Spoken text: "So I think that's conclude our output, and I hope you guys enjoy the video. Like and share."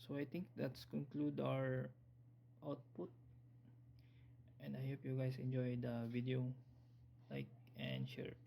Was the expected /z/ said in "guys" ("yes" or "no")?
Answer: no